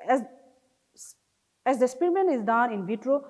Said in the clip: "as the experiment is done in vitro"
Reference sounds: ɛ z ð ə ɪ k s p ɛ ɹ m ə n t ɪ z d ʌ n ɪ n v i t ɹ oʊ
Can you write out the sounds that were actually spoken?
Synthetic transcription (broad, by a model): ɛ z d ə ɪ s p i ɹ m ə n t ɪ z d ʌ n ɪ n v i t ɹ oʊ